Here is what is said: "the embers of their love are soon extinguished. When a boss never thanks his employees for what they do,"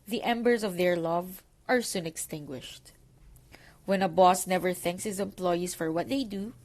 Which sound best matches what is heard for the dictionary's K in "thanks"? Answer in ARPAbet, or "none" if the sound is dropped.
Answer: K